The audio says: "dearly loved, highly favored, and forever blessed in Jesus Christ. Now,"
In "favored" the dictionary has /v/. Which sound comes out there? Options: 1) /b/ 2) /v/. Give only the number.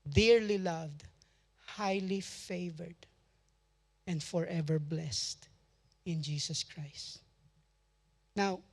2